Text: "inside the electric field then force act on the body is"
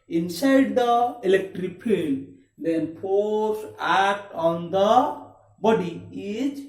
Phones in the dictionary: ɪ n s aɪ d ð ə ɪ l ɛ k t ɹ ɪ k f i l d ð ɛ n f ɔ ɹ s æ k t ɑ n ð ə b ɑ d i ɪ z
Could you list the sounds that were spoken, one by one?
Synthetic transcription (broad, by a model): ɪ n s aɪ d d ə ɪ l ɛ k t ɹ ɪ k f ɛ n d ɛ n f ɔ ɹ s æ k t ɑ n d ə b ɑ d i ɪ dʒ